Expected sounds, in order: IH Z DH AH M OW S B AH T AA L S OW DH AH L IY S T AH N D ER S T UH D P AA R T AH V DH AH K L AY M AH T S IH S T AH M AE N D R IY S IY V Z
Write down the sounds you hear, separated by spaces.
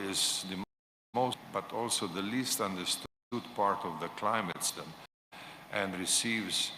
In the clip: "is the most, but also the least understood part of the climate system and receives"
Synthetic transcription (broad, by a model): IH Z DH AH M OW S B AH T AA L S OW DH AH L IY S T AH N D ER S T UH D P AA R T AH V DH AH K L AY M AH T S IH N T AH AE N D R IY S IY V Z